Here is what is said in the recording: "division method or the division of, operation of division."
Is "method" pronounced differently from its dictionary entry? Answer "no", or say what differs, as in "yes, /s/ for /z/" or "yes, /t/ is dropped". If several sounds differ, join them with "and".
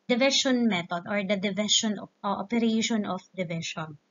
yes, /t/ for /θ/